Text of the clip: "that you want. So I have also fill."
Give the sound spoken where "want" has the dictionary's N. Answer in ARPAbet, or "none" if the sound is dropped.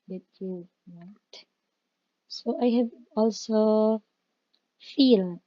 none